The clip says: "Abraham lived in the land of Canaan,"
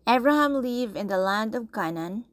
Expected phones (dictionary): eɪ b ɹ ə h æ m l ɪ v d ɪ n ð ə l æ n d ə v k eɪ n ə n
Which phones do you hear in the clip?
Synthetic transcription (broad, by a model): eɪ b ɹ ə h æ m l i v ɪ n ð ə l æ n d ə v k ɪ n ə n